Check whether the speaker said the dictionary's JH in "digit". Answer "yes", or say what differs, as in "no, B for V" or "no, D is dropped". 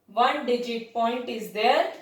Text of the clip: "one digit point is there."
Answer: yes